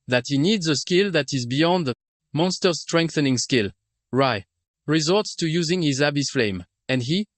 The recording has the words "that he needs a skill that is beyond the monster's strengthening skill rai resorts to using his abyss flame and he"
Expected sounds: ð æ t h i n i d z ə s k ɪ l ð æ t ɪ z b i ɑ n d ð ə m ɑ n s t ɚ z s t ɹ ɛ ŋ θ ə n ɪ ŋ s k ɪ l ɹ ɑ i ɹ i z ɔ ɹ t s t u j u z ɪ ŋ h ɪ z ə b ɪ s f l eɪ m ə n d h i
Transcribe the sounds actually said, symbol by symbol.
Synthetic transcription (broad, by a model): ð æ t h i n i d z ə s k ɪ l ð æ t ɪ z b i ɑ n d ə m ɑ n s t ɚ s t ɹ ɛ ŋ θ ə n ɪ ŋ s k ɪ l ɹ ɑ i ɹ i z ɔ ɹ t s t u j u z ɪ ŋ h ɪ z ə b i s f l eɪ m ə n d h i